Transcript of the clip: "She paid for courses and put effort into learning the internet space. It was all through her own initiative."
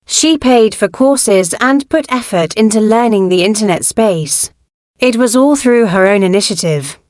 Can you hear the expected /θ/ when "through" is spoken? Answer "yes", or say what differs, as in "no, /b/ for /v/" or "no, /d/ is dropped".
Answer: yes